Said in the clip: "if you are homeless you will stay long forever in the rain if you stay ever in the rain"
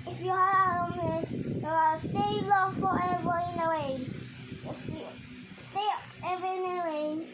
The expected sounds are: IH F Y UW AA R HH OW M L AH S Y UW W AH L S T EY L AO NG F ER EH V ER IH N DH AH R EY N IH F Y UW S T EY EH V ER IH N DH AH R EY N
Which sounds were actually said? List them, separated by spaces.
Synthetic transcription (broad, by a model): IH F Y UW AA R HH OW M AH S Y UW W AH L S T EY L AO NG F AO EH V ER IH N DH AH W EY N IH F Y UW S T EY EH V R IH N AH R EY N